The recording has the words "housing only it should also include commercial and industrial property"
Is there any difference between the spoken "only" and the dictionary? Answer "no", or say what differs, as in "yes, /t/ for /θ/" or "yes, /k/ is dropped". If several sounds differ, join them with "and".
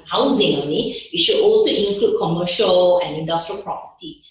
yes, /l/ is dropped